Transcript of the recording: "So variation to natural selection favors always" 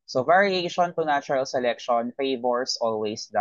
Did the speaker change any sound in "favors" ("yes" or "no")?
yes